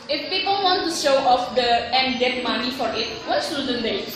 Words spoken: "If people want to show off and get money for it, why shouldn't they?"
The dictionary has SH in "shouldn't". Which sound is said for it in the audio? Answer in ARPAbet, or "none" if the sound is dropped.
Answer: S